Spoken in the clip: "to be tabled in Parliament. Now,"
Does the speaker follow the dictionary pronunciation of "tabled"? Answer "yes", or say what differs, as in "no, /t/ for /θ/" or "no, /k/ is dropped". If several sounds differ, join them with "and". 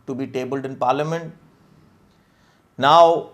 yes